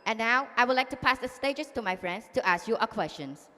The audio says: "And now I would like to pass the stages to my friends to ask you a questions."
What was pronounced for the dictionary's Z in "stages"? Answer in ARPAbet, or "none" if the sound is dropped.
S